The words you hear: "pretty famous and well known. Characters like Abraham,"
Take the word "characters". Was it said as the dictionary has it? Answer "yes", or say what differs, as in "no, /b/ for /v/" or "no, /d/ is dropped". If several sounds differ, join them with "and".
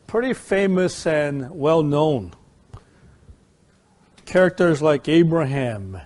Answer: yes